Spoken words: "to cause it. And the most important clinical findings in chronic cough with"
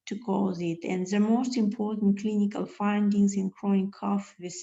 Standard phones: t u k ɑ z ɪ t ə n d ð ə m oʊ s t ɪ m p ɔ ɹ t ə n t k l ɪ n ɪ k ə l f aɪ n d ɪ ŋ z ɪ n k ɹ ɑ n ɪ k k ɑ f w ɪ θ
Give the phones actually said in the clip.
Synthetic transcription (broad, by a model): t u k ɑ z ɪ t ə n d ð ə m oʊ s t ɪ m p ɔ ɹ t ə n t k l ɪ n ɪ k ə l f aɪ n d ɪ ŋ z ɪ n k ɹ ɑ ɪ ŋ k ɑ f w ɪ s